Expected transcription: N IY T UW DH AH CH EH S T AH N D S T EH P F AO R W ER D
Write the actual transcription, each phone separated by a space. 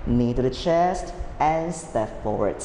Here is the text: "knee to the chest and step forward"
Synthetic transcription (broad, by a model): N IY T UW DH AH CH EH S T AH N S T EH P F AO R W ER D